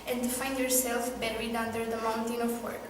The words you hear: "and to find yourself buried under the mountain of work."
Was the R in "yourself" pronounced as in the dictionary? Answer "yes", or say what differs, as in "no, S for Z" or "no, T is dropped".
yes